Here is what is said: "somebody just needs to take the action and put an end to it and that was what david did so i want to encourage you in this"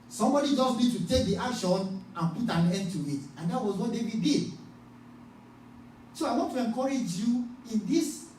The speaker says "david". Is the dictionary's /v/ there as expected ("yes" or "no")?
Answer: no